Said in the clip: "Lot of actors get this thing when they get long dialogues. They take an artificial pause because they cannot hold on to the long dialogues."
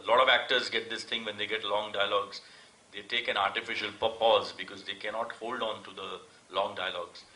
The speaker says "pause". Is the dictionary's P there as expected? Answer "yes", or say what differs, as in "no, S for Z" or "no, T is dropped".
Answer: yes